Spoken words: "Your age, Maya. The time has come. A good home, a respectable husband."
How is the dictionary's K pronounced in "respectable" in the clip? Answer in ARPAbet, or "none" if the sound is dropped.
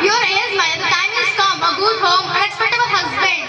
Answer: none